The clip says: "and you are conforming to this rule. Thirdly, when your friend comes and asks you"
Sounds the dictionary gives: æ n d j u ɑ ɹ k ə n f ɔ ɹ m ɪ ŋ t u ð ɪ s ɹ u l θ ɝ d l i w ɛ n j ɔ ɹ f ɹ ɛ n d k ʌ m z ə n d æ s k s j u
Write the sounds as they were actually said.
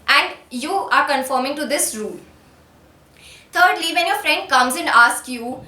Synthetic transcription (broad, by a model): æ n d j u ɑ ɹ k ə n f ɔ ɹ m ɪ ŋ t u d ɪ s ɹ u l t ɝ d l i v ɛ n j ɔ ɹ f ɹ ɛ n d k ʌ m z ə n d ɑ s k j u